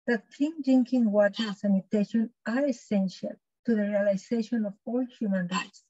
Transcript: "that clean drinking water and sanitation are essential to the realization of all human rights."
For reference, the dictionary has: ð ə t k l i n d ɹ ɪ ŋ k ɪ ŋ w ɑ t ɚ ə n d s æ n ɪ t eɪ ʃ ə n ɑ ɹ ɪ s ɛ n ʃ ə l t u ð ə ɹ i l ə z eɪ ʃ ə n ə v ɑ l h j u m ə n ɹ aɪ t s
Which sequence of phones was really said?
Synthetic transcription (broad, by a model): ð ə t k i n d ɪ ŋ k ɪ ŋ w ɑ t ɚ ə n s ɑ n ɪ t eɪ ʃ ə n ɑ ɹ ɪ s ɛ n ʃ ə l t u ð ə ɹ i l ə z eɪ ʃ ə n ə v ɑ l h j u m ə n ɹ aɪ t s